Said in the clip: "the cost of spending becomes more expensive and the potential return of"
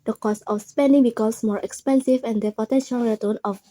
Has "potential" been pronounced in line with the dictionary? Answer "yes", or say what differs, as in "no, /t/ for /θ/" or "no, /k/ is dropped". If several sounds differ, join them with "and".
yes